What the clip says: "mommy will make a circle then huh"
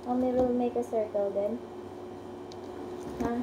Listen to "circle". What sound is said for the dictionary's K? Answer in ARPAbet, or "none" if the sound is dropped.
K